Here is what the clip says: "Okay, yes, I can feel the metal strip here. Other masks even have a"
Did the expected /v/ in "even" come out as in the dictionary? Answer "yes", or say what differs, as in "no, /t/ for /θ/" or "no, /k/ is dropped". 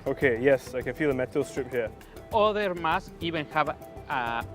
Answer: no, /b/ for /v/